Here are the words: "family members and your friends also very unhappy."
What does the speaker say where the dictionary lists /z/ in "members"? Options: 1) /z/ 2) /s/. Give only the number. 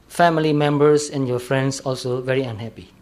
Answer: 2